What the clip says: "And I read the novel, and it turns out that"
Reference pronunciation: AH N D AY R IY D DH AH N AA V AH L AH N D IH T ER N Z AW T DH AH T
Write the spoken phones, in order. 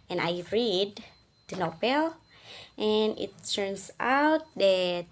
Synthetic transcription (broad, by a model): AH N AY R IY D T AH N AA P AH L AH N IH T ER N S AW T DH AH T